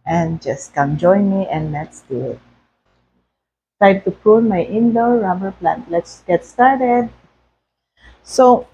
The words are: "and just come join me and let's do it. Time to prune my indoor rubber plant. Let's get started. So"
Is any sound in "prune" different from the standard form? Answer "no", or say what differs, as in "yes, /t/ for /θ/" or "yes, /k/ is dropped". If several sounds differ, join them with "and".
yes, /l/ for /n/